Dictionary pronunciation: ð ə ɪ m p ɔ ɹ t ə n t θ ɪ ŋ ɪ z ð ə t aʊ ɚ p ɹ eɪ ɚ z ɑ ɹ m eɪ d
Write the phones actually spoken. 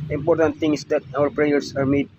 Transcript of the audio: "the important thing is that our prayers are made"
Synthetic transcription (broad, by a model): ɪ m p ɔ ɹ t ə n t t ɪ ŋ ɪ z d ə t aʊ ɚ p ɹ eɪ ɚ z ɑ ɹ m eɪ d